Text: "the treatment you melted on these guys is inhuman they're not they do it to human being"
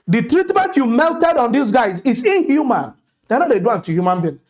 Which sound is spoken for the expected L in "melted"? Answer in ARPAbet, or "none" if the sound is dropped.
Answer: L